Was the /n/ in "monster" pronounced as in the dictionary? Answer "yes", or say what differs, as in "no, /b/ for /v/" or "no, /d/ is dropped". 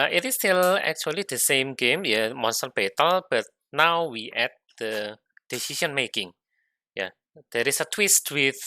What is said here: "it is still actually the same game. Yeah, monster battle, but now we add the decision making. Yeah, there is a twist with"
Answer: yes